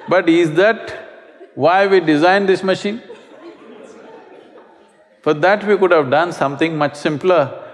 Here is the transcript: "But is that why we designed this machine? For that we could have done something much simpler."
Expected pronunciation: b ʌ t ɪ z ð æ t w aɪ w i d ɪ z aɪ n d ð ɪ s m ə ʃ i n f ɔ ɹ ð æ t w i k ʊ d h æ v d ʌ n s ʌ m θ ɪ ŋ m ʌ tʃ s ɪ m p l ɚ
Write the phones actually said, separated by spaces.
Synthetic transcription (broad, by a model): b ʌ t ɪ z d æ t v aɪ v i d ɪ z aɪ n d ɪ s m ə ʃ i n f ɔ ɹ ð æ t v i k ʊ d h æ v d ʌ n s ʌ m t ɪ ŋ m ʌ tʃ s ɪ m p l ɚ